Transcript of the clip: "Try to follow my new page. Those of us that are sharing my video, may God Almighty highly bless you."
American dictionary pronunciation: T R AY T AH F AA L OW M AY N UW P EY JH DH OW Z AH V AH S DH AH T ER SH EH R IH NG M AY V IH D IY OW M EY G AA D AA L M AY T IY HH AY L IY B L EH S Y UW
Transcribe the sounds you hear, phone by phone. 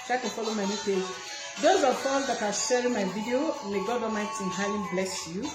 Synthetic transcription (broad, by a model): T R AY T AH F AA L OW M AY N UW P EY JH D OW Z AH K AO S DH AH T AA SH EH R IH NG M AY V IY D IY OW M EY G AA D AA M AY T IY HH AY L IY B L EH S Y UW